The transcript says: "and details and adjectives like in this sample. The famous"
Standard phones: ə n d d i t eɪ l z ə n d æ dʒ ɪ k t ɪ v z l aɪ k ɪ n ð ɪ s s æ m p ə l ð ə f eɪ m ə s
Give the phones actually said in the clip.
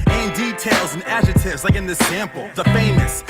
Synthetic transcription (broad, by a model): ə n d d i t eɪ l z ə n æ dʒ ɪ t ɪ v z l aɪ k ɪ n ð ɪ s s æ m p l ð ə f eɪ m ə s